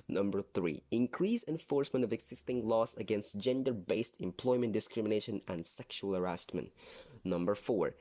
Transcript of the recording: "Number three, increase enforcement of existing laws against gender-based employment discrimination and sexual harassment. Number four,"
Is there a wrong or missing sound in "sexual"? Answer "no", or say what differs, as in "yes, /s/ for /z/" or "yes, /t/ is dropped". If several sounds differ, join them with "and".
no